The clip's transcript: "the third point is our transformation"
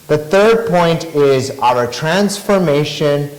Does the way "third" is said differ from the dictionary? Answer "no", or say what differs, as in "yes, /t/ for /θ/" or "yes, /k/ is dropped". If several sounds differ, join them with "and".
no